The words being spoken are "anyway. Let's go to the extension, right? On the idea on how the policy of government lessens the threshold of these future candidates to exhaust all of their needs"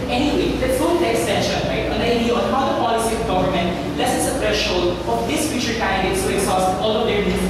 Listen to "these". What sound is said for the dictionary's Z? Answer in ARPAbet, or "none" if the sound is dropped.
S